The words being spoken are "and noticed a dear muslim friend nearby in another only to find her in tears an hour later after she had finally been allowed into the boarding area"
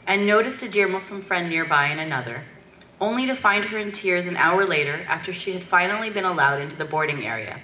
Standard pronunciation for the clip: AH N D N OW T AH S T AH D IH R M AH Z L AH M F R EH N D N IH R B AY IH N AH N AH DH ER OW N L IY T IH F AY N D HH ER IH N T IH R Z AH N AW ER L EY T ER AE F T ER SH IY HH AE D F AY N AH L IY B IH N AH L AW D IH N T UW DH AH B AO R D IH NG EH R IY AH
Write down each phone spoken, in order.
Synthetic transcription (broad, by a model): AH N N OW T AH S T AH D IH R M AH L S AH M F R EH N N IH R B AY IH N AH N AH DH ER OW N L IY T IH F AY N D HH ER IH N T IH R Z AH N AW ER L EY T ER AE F T ER SH IY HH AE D F AY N L IY B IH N AH L AW D IH N T UW DH AH B AO R D IH NG EH R IY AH